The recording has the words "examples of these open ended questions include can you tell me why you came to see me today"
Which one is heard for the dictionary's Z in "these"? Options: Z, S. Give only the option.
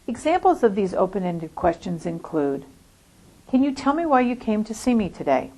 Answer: Z